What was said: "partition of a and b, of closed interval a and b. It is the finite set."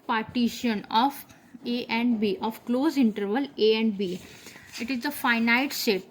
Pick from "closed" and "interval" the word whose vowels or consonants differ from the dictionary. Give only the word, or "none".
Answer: closed